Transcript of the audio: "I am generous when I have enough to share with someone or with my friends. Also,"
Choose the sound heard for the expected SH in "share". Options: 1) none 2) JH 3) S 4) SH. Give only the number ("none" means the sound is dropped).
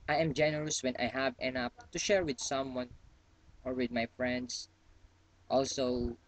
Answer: 4